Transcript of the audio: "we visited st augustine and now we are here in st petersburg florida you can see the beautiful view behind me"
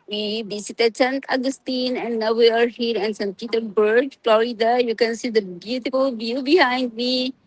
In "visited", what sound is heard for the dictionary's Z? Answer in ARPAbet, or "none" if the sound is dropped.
S